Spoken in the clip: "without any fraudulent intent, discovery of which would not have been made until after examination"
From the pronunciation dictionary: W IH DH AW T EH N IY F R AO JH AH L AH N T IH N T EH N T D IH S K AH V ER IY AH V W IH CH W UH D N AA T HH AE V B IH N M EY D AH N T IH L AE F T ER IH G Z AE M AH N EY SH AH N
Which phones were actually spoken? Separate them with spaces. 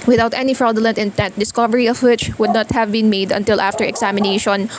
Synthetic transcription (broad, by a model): W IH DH AW T EH N IY F R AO AH L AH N T IH N T EH N T D IH S K AH V ER IY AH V W IH CH W UH D N AA T HH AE V B IH N M EY D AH N T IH L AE F T ER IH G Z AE M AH N EY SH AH N